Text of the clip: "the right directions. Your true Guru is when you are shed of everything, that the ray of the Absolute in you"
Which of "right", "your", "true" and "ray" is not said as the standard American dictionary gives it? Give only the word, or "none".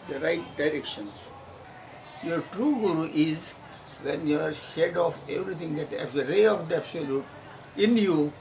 none